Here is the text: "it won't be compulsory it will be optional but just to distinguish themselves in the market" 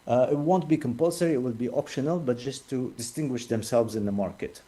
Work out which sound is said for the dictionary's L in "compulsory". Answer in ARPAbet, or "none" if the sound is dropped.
L